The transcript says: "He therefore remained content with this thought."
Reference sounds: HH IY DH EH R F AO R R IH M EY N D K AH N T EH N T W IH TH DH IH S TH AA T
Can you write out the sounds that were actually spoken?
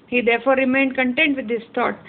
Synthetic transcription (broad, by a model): HH IY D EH R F AO R R IH M EY N D K AH N T EH N T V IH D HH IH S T AA T